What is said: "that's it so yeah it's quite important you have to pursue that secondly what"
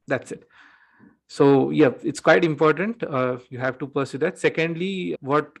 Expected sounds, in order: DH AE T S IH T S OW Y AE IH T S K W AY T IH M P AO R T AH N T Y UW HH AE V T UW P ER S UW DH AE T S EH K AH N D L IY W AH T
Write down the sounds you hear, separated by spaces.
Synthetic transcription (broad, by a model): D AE T S IH T S OW Y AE IH T S K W AY T IH M P AO R T AH N T Y UW HH AE V T UW P ER S UW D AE T S EH K AH N D L IY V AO T